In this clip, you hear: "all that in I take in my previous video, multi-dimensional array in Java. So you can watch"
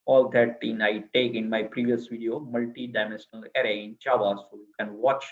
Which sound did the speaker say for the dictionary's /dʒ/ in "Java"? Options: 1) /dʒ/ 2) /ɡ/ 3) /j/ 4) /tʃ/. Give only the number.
4